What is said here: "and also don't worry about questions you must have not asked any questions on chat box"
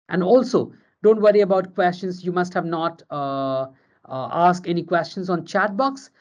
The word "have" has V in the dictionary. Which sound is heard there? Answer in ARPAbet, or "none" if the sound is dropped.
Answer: V